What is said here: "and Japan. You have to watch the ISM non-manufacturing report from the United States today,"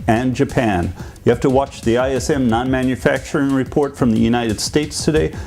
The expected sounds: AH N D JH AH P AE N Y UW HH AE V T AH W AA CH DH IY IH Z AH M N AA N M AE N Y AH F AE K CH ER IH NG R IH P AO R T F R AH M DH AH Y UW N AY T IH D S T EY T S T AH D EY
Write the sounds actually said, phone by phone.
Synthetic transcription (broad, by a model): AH N JH AH P AE N Y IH HH AE F T AH W AA CH DH IY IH S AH M N AA N M AE N Y AH F AE K CH ER IH NG R IH P AO R T F R AH M DH AH Y UW N AY T IH D S T EY T S T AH D EY